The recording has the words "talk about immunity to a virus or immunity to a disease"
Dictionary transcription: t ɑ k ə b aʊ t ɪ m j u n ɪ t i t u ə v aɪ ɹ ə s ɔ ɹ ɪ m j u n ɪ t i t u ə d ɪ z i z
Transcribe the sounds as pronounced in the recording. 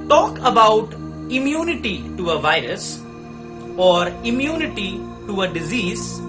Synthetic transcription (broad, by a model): t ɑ k ə b aʊ t ɪ m j u n ɪ t i t u ə v aɪ ɹ ə s ɔ ɹ ɪ m j u n ɪ t i t u ə d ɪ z i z